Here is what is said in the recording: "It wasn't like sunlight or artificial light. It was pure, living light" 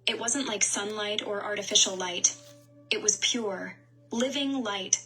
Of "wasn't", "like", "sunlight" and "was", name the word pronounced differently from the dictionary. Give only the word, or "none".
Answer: none